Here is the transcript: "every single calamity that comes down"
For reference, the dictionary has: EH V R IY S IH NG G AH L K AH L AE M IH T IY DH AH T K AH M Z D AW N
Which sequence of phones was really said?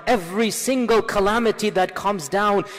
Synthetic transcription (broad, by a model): EH V R IY S IH NG G AH L K AH L AE M IH T IY DH AH T K AH M Z D AW N